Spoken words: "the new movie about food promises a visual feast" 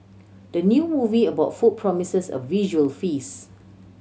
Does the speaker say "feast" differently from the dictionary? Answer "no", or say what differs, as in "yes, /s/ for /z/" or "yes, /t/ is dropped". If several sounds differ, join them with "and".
yes, /t/ is dropped